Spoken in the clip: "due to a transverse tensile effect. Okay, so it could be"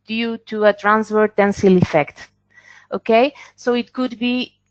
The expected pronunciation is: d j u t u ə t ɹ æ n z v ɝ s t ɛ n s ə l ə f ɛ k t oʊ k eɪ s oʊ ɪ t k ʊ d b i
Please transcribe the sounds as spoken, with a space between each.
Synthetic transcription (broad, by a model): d j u t u ə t ɹ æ n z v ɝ t ɛ n s ə l ə f ɛ k t oʊ k eɪ s oʊ ɪ t k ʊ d b i